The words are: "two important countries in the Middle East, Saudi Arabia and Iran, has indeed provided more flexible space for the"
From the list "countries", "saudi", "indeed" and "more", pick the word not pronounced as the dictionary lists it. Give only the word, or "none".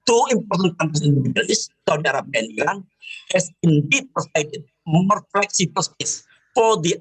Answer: countries